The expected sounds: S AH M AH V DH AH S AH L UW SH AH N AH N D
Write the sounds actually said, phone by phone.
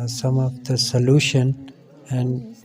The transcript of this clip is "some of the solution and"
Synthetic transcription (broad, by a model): S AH M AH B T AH S AH L UW SH AH N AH N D